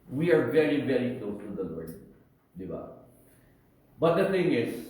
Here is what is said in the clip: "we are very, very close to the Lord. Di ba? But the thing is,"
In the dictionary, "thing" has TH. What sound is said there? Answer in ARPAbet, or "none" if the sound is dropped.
T